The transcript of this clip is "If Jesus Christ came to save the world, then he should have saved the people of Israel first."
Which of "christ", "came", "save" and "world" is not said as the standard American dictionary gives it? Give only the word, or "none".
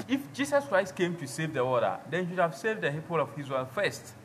world